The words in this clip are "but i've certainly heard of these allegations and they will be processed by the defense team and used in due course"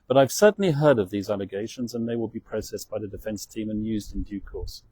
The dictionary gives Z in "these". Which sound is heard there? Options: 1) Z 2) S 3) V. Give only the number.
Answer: 1